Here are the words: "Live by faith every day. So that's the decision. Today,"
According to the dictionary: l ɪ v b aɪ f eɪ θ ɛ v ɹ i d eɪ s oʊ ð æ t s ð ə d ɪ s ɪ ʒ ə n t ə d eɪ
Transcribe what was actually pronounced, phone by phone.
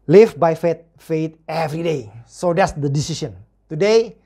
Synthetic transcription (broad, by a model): l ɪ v b aɪ f eɪ t ɛ v ɹ i d eɪ s oʊ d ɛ t s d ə d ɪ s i s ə n t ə d eɪ